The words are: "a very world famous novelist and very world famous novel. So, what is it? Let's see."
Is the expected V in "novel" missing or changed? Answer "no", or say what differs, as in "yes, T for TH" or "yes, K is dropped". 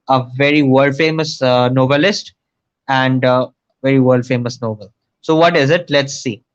yes, B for V